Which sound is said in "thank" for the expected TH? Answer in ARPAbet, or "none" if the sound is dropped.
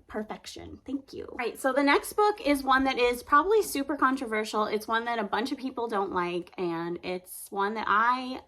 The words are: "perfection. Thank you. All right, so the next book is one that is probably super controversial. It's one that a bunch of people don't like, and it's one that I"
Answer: TH